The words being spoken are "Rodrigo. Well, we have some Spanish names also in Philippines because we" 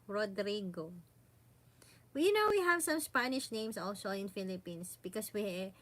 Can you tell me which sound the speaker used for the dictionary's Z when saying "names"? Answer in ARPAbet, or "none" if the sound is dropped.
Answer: S